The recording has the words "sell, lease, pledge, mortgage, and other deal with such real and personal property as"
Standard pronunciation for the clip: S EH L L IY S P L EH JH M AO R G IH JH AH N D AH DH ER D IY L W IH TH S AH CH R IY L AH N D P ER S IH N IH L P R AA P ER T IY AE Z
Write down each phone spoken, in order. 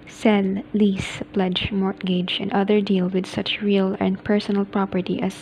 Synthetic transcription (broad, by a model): S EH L L IY S P L EH JH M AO R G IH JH AH N D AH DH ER D IY L W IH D S AH CH R IY L AH N D P ER S IH N IH L P R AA P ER T IY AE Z